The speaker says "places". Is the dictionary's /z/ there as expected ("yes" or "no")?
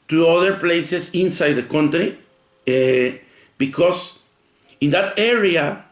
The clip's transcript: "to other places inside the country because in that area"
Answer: no